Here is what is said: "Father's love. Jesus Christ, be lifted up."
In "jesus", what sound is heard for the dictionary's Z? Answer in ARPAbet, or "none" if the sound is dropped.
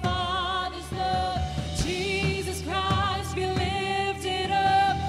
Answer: Z